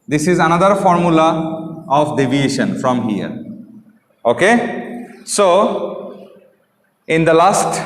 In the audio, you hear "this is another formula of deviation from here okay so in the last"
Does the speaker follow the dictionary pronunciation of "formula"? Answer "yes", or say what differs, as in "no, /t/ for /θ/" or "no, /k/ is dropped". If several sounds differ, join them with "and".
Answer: yes